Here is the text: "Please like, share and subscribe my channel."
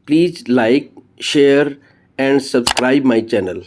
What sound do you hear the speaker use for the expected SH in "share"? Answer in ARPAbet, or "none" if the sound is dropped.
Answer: SH